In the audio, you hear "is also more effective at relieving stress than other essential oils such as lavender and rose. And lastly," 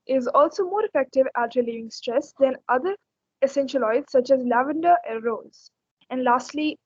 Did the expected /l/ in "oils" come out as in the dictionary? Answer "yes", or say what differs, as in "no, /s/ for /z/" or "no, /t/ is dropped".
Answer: no, /l/ is dropped